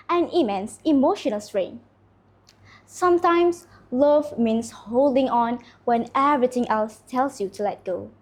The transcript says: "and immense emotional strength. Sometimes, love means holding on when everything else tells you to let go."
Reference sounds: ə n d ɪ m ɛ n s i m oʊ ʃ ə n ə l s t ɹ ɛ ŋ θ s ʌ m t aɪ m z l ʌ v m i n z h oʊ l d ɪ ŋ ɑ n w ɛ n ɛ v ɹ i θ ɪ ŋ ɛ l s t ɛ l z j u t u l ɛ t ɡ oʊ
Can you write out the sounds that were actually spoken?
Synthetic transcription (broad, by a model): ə n ɪ m ɛ n s i m oʊ ʃ ə n ə l s ɹ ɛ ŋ s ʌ m t aɪ m s l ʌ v m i n s h oʊ l d ɪ ŋ ɑ n w ɛ n ɛ v ɹ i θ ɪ ŋ ɛ l s t ɛ l s j u t u l ɛ t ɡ oʊ